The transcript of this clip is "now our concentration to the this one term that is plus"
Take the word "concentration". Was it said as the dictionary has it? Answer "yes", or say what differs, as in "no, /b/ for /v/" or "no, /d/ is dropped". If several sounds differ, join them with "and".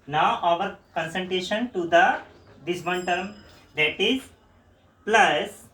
no, /ɹ/ is dropped